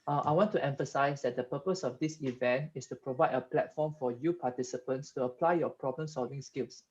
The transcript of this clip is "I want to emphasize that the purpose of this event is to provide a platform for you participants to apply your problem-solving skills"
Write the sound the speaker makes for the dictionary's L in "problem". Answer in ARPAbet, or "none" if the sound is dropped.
L